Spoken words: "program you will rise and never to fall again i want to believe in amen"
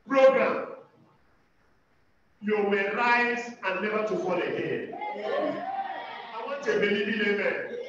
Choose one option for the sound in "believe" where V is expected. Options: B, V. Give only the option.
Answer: B